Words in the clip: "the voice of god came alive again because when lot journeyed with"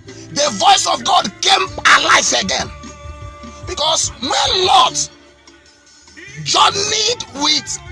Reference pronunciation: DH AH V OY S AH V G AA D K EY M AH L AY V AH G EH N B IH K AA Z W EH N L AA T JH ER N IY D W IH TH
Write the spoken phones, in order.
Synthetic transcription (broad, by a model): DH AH V OY S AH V G AA D K EY M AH L AY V AH G EH N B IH K AA S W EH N N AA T JH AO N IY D W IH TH